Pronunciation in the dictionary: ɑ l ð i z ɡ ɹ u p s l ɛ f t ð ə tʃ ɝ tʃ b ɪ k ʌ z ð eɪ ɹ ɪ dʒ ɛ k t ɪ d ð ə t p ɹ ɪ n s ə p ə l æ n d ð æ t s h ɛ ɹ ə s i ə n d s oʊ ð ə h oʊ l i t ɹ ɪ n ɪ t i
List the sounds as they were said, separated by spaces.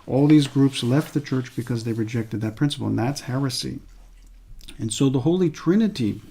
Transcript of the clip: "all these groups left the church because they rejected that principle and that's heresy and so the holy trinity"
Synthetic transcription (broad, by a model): ɑ l ð i z ɡ ɹ u p s l ɛ f t ð ə tʃ ɝ tʃ b ɪ k ʌ z ð eɪ ɹ ɪ dʒ ɛ k t ɪ d ð ə t p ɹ ɪ n s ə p l n ð æ t s h ɛ ɹ ə s i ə n s oʊ ð ə h oʊ l i t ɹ ɪ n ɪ t i